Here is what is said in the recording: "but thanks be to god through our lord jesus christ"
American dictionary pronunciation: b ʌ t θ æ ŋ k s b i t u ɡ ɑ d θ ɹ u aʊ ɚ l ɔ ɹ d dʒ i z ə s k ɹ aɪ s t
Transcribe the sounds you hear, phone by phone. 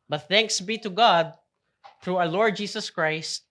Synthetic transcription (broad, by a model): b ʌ t θ æ ŋ k s b i t u ɡ ɑ d θ ɹ u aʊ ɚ l ɔ ɹ d dʒ i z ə s k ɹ aɪ s t